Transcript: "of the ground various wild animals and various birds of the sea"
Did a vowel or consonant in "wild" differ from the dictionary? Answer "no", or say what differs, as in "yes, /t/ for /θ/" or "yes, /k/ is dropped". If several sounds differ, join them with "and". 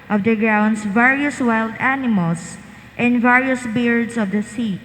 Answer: no